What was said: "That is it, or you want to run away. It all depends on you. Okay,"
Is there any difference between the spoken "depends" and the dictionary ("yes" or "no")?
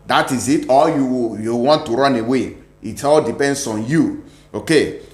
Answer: yes